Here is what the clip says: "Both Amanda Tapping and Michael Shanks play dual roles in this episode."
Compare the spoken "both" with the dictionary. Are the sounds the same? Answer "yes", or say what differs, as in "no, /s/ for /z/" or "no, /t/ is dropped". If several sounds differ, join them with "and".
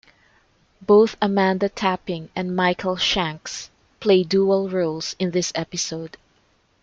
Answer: yes